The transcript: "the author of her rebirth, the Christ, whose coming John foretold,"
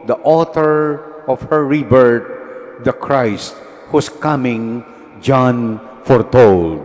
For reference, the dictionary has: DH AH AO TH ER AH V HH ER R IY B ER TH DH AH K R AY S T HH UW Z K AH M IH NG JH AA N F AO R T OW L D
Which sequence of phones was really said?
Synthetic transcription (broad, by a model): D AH AO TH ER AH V HH ER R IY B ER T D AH K R AY S T HH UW S K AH M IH NG JH AA N F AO R T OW L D